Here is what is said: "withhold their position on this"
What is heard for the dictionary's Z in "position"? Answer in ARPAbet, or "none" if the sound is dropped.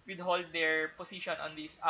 S